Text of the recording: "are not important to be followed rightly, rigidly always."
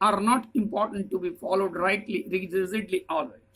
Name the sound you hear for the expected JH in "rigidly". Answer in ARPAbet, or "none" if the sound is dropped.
Z